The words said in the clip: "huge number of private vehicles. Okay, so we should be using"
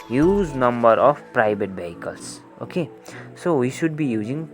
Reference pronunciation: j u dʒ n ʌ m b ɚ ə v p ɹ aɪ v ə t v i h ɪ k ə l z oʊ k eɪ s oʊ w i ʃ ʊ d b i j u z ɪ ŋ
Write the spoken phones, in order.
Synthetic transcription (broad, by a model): j u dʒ n ʌ m b ɚ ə b p ɹ aɪ b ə t b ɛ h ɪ k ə l s oʊ k eɪ s oʊ w i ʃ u d b i j u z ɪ ŋ